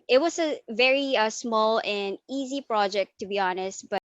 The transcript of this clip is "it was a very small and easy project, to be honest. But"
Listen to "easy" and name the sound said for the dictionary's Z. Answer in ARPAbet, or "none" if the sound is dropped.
Z